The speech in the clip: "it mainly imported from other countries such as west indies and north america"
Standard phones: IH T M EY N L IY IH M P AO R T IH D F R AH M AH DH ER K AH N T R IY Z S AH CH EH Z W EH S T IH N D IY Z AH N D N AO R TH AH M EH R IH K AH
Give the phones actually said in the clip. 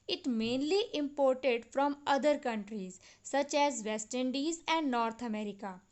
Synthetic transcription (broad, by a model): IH T M EY N L IY IH M P AO R T IH D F R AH M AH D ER K AH N T R IY Z S AH CH EH Z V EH S T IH N D IY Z AH N D N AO R T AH M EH R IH K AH